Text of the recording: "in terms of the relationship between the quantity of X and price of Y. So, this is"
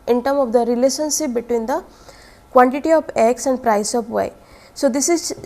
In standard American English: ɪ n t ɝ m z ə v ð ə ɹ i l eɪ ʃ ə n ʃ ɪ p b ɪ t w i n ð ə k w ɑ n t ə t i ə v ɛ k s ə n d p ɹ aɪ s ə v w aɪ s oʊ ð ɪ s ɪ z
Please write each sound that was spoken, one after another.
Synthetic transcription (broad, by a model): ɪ n t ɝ m ə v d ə ɹ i l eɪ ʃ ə n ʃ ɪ p b ɪ t w i n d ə k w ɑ n t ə t i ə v ɛ k s ə n d p ɹ aɪ s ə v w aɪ s oʊ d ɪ s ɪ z